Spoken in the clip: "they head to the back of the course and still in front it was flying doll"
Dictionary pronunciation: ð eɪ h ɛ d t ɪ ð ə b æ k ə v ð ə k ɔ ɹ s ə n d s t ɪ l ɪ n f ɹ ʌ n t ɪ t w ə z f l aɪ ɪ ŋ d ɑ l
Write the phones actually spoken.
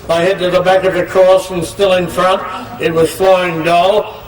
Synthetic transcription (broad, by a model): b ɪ h ɛ d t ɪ ð ə b æ k ə v ð ə k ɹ ə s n s t ɪ l ɪ n f ɹ ʌ n t ɪ t w ə z f l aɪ ɪ ŋ d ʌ l